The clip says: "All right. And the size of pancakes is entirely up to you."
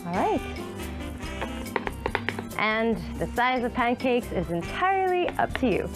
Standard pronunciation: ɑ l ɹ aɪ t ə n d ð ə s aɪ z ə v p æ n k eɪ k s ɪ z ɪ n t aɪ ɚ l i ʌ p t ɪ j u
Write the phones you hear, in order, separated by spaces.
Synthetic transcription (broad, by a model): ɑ ɹ aɪ t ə n ð ə s aɪ z ə v p æ n k eɪ k s ɪ z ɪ n t aɪ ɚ l i ʌ p t ɪ j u